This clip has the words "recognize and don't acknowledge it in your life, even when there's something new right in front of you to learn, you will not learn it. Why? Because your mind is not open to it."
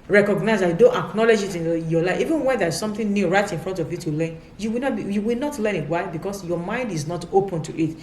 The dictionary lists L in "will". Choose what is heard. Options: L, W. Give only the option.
W